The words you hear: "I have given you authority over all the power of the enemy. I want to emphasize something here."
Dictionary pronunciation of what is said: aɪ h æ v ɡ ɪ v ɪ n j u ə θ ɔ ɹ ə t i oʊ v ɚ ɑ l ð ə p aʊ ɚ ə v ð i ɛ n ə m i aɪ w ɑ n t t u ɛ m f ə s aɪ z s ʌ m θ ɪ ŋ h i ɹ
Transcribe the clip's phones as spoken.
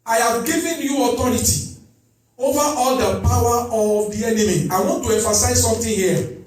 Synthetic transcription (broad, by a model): aɪ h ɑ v ɡ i v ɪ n j u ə t ɔ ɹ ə t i oʊ v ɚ ɑ l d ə p aʊ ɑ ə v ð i ɛ n ə m i aɪ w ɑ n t t u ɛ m f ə s aɪ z s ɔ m t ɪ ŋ h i